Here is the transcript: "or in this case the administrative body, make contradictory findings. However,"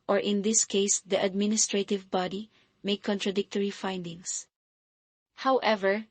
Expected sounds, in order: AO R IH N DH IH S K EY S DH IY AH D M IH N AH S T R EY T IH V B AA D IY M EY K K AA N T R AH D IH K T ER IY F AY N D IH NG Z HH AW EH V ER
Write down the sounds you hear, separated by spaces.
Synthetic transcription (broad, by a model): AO R IH N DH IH S K EY S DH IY AH D M IH N AH S T R EY T IH V B AA D IY M EY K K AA N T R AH D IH K T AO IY F AY N D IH NG S HH AW EH V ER